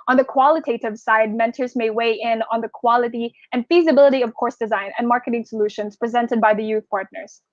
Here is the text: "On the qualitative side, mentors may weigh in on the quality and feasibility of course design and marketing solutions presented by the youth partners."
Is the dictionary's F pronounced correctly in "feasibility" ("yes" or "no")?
yes